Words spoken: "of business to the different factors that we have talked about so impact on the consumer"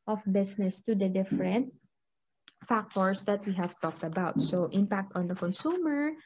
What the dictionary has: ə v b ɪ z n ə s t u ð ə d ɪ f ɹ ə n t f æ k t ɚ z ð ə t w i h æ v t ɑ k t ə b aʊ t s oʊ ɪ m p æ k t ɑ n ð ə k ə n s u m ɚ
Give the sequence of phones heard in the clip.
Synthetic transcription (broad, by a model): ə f b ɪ s n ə s t u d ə d ɪ f ɹ ə n t f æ k t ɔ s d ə t w i h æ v t ɑ k t ə b aʊ t s oʊ ɪ m p æ k t ɑ n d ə k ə n s u m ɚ